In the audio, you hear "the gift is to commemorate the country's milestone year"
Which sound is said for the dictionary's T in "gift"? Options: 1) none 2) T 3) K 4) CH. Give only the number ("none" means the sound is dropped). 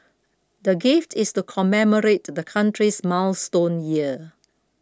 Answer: 2